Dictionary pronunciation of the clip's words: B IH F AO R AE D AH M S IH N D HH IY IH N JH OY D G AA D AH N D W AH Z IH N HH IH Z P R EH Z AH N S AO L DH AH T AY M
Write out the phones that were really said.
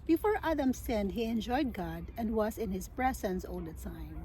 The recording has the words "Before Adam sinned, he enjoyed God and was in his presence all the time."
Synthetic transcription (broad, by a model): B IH F AO R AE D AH M S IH N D HH IY IH N JH OY D G AA D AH N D W AH Z IH N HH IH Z B R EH S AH N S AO L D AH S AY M